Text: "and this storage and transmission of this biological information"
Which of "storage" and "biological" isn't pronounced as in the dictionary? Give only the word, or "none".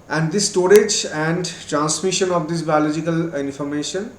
none